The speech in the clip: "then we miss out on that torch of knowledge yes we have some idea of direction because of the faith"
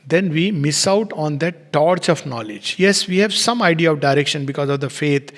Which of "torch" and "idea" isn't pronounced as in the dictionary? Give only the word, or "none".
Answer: none